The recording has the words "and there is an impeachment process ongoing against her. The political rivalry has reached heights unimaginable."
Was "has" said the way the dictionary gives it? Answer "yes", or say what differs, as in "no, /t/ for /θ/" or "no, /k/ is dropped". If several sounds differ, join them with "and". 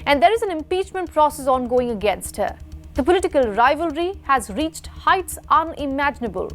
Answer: yes